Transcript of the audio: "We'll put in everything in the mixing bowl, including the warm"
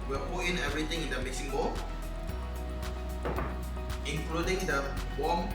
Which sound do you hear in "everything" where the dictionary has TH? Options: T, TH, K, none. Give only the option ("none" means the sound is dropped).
T